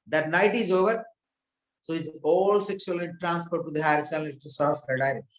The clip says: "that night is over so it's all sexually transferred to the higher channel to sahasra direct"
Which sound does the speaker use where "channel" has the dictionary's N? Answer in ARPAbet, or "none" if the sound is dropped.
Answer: L